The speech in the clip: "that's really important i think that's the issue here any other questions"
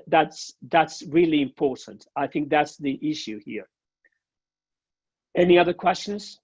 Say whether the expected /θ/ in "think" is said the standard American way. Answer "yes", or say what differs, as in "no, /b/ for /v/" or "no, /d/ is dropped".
yes